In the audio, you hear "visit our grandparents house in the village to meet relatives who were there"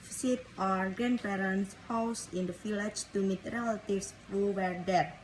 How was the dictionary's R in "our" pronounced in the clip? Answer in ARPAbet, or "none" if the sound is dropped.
R